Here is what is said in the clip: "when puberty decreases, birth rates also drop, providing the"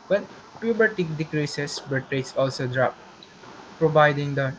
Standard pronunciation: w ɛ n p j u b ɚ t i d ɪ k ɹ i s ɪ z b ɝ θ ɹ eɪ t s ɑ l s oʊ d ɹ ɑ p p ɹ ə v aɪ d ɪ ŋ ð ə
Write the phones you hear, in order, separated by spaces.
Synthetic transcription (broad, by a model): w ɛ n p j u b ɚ t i d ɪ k ɹ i s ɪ s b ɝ t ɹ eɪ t s ɑ l s oʊ d ɹ ɑ p p ɹ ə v aɪ d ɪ ŋ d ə